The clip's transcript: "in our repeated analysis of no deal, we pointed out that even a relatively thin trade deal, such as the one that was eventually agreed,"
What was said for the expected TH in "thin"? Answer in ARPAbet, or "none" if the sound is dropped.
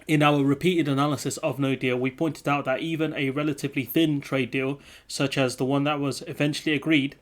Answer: TH